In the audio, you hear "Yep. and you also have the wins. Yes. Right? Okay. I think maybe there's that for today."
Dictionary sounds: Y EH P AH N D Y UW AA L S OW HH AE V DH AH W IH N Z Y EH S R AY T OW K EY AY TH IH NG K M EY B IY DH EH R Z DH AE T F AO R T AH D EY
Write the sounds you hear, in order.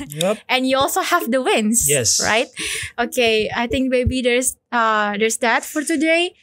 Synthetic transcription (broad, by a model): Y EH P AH N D Y UW AA L S OW HH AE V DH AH W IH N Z Y EH S R AY T OW K EY AY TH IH NG K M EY B IY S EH R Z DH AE T F AO R T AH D EY